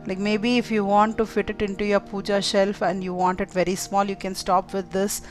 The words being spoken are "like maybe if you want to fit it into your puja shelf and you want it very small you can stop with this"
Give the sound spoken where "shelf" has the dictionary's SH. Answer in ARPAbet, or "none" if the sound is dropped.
SH